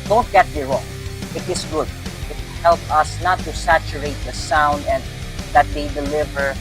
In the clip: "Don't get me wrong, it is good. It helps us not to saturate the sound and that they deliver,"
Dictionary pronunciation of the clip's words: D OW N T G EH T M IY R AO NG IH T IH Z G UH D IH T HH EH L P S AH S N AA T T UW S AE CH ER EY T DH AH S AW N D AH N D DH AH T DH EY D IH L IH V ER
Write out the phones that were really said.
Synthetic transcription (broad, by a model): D OW N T G EH T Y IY R AO NG IH T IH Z G UH D IH T HH EH L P AH S N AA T T UW S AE CH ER EY T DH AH S AW N D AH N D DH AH T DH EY D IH L IH V ER